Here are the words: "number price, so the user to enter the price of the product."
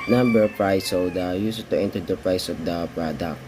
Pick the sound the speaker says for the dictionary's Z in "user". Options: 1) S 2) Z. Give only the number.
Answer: 1